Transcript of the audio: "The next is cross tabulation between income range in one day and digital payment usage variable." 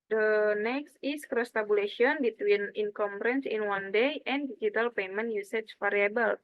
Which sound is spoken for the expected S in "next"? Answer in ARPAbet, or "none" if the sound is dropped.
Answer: S